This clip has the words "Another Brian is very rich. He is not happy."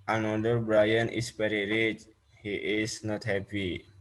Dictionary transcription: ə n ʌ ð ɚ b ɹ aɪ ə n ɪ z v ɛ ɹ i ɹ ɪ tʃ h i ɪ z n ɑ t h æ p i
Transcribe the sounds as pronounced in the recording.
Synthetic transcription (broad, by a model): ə n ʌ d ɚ b ɹ aɪ ə n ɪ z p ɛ ɹ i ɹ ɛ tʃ h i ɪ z n ɑ t h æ p i